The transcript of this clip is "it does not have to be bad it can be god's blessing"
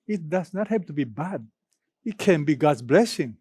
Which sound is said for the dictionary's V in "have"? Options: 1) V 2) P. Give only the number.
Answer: 2